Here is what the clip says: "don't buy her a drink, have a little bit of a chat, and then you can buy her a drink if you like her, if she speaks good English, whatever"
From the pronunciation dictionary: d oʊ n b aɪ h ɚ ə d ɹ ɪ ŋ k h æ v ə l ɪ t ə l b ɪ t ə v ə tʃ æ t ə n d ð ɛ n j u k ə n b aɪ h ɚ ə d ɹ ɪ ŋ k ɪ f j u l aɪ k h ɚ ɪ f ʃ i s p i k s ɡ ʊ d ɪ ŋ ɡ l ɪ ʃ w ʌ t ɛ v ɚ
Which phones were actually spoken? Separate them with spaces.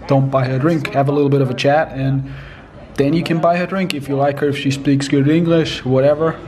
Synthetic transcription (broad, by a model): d oʊ n b aɪ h ɚ d ɹ ɪ ŋ k h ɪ v ə l ɪ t l b ɪ t ə v ə tʃ æ t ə n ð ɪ n j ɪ k ə n b aɪ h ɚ d ɹ ɪ ŋ k ɪ f j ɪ l aɪ k h ɚ ɪ f ʃ i s p i k s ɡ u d ɪ ŋ ɡ l ɪ ʃ w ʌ t ɛ v ɚ